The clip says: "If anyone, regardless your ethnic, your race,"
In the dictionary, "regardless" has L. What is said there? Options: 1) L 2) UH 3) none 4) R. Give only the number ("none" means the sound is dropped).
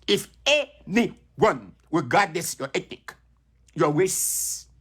3